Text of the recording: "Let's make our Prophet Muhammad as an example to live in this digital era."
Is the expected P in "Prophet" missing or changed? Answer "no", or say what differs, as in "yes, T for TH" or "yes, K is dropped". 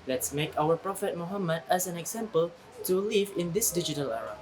no